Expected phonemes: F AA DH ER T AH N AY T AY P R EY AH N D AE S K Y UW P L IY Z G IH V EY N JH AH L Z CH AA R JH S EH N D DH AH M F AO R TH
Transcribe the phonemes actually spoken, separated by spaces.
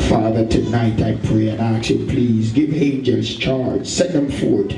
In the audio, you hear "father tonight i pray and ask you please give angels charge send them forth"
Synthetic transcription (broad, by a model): F AA DH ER T AH N AY T AY P R EY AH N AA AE K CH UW P L IY Z G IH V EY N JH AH Z CH AA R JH S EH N DH AH M F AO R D